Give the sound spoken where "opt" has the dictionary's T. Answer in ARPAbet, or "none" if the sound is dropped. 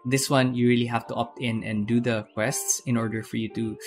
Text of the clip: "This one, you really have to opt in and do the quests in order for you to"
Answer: T